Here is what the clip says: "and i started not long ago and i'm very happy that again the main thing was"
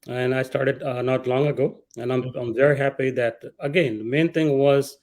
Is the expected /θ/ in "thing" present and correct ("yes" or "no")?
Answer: no